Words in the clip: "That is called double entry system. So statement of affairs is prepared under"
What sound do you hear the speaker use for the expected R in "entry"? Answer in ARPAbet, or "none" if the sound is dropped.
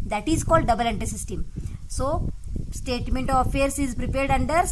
none